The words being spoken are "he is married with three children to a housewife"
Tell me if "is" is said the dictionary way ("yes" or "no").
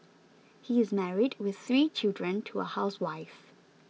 yes